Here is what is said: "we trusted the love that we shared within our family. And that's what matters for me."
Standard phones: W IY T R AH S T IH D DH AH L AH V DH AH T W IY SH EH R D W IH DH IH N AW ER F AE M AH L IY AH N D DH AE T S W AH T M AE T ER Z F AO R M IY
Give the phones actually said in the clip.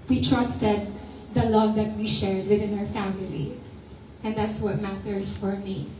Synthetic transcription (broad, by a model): W IY T R AH S T IH D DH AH L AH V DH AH T W IY SH EH R D W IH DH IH N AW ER F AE M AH L IY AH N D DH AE T S W AH T M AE T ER S F AO R M IY